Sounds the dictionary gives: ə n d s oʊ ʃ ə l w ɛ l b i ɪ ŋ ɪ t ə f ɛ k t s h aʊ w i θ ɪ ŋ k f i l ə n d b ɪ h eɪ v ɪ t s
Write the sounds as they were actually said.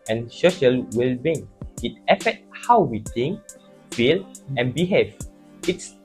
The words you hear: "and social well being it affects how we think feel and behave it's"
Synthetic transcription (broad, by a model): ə n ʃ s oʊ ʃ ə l w ɛ l b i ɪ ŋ ɪ t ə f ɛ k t h aʊ w i t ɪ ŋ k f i l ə n b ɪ h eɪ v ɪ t s